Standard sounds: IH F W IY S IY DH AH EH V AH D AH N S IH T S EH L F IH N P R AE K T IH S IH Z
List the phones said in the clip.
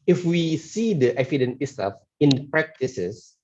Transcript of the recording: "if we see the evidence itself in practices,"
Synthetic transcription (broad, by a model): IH F W IY S IY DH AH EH F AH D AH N IH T S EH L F IH N P R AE K T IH S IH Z